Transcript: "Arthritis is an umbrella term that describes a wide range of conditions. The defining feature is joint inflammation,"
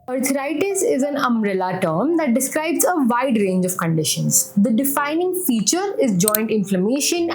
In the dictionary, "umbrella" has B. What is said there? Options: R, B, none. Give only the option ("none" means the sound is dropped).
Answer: none